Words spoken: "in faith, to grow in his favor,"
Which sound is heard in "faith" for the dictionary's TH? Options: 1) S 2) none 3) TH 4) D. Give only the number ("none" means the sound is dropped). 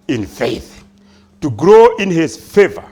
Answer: 3